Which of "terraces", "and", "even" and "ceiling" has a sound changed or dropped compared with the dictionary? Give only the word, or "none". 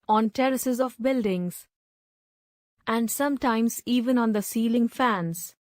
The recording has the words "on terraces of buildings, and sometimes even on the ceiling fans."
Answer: none